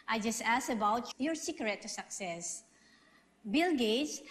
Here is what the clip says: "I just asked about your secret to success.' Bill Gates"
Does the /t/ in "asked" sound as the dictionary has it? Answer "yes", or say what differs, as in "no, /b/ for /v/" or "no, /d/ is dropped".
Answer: no, /t/ is dropped